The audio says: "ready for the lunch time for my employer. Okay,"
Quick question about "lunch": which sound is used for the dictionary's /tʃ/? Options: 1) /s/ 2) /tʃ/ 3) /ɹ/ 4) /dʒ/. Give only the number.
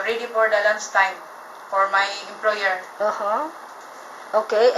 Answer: 1